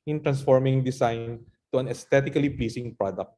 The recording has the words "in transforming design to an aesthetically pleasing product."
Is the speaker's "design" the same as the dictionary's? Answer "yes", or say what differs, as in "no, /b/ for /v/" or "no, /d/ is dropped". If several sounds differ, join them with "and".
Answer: no, /s/ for /z/